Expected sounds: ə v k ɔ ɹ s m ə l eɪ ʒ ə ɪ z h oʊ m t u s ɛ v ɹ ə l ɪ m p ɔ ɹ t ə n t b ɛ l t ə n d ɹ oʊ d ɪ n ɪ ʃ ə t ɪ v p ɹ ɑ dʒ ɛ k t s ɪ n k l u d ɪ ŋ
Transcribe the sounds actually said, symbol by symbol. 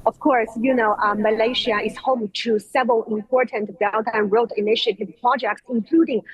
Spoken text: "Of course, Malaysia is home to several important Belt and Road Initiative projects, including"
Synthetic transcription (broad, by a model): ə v k ɔ ɹ s m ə l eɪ ʃ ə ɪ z h oʊ m t u s ɛ v ɹ ə l ɪ m p ɔ ɹ t ə n t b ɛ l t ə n ɹ oʊ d ɪ n ɪ ʃ ə t ɪ v p ɹ ɑ dʒ ɛ k t s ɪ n k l u d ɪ ŋ